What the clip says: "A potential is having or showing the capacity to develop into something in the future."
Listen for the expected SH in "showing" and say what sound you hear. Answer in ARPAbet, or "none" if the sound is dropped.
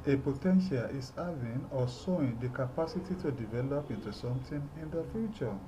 S